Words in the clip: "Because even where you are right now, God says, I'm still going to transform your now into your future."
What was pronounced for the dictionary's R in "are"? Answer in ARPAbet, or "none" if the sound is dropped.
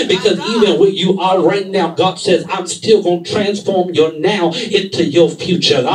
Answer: L